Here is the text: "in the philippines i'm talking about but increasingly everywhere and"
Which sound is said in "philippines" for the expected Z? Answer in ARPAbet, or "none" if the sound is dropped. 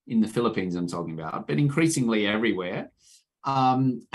Z